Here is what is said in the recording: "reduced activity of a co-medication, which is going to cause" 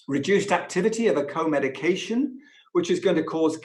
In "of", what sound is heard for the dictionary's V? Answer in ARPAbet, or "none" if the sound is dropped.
V